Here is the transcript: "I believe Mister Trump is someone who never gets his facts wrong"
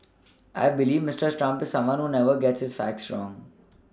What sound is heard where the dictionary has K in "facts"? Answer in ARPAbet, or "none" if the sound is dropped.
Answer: K